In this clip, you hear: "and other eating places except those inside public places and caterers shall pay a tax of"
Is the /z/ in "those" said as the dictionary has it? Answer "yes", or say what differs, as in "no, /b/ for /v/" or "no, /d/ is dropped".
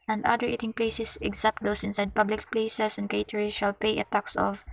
no, /s/ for /z/